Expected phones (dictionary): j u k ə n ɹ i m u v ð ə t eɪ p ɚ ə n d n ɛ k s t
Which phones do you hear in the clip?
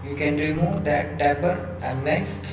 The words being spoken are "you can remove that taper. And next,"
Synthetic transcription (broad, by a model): j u k ə n ɹ i m u v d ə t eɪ b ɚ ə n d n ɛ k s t